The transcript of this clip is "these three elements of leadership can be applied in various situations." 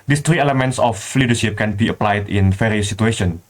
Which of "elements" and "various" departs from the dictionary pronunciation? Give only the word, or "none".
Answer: various